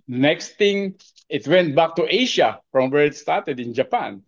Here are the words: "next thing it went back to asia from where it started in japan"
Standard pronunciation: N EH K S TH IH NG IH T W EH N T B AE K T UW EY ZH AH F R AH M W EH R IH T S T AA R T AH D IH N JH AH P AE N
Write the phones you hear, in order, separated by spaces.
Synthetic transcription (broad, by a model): N EH K S T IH NG IH T W EH N T B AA K T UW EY SH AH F R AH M W EH R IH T S T AA R T AH D IH N JH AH P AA N